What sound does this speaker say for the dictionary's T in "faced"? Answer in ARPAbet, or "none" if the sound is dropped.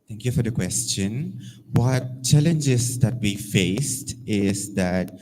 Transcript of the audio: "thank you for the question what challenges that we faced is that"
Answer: T